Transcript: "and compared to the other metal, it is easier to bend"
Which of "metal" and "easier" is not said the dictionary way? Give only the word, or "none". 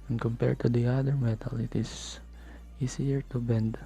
easier